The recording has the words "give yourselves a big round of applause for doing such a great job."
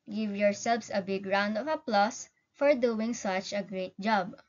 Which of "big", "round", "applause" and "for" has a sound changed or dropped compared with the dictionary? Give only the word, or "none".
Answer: applause